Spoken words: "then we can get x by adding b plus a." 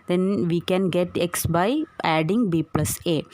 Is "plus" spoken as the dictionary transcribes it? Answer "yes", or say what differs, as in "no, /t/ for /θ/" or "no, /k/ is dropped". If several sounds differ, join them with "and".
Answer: yes